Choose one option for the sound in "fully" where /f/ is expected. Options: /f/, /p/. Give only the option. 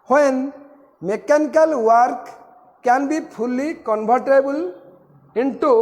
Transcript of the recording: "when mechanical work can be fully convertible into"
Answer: /p/